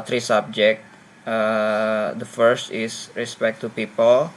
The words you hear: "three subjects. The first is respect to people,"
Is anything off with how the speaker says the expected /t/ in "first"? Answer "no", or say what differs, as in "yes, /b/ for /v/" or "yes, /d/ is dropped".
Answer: no